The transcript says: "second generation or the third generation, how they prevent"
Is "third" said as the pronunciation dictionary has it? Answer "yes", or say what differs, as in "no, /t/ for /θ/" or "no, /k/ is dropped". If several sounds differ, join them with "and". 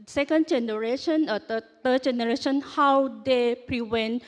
no, /t/ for /θ/